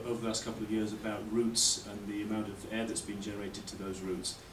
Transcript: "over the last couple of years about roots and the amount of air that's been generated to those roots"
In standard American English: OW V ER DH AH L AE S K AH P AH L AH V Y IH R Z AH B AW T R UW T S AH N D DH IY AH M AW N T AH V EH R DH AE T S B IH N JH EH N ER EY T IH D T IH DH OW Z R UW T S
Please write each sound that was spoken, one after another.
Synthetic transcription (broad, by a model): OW V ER DH AH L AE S K AH P L AH V Y IH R Z AH B AW T R UW T S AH N DH IY AH M AW N T AH V EH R DH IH T S B IH N JH EH N ER EY T IH D T IH DH OW Z R UW T S